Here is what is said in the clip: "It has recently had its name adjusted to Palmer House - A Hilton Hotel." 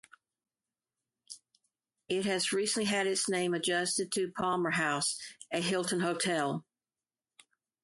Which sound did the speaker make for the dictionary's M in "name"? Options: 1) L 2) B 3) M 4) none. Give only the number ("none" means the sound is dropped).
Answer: 3